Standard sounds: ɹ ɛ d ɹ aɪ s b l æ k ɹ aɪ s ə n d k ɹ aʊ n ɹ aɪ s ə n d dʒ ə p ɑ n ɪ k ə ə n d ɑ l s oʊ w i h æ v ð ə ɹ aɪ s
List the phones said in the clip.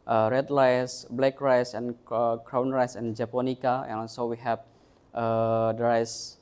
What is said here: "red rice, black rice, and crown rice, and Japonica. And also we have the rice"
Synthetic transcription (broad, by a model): ɹ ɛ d l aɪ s b l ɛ k ɹ aɪ s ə n k ɹ aʊ n ɹ aɪ s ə n dʒ ə p ɑ n ɪ k ə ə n ɑ l s oʊ w i h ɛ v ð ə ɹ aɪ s